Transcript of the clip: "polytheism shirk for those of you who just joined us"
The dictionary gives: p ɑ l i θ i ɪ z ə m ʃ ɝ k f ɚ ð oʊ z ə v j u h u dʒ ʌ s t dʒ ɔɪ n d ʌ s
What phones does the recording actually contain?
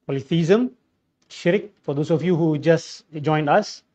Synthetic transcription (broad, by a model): p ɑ l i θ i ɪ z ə m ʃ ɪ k f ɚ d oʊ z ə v j u h u dʒ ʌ s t dʒ ɔɪ n d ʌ s